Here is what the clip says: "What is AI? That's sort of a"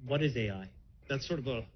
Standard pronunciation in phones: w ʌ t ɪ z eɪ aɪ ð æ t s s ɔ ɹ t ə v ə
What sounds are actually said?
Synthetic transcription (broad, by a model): w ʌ t ɪ z eɪ aɪ ð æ t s s ɔ ɹ t ə v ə